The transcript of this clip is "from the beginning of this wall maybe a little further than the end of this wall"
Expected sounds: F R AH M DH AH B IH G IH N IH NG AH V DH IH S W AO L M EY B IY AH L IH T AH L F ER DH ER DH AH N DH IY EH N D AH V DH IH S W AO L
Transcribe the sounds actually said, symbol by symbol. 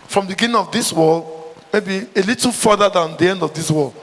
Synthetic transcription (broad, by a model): F R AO M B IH G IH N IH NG AH V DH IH S W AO L M EY B IY AH L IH T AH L F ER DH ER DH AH N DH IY EH N D AH V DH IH S W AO L